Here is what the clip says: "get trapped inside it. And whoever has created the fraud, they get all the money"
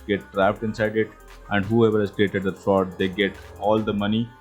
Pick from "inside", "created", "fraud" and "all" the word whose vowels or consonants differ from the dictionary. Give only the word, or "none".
fraud